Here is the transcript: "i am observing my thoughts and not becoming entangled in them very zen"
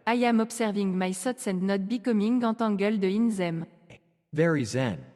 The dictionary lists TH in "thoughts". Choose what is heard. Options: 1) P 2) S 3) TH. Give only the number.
2